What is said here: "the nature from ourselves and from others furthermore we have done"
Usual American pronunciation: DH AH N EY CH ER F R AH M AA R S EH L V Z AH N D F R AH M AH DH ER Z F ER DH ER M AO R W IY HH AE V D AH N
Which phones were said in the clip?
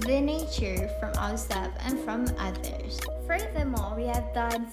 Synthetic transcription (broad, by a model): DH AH N EY CH ER F R AH M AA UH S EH V AH N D F R AH M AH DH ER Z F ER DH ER M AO L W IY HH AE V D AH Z